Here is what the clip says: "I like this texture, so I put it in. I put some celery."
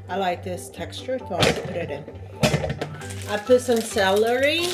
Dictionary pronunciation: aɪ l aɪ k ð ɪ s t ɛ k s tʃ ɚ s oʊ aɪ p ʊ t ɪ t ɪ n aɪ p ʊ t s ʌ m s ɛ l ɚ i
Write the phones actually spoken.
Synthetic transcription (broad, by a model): aɪ l aɪ k ð ɪ s t ɛ k s tʃ ɚ θ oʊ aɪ p ʊ t ɪ t ɪ n aɪ p ʊ t s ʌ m s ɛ l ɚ i